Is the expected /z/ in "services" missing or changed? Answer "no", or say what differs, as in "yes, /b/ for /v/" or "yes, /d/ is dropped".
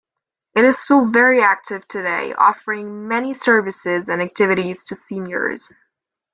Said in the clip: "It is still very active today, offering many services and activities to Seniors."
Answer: no